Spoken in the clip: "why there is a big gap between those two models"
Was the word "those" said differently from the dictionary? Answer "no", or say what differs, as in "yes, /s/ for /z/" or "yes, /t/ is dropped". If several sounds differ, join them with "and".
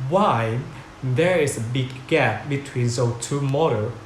yes, /z/ is dropped